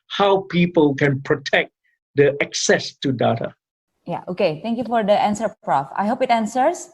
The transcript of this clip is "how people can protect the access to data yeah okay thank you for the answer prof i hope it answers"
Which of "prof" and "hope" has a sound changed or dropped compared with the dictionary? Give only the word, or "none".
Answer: none